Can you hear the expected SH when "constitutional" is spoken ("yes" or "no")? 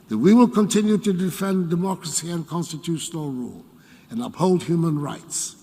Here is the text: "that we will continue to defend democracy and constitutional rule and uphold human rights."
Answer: yes